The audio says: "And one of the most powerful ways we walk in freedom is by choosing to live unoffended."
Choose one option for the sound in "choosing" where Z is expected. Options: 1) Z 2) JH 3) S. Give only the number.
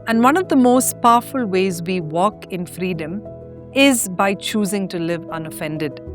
1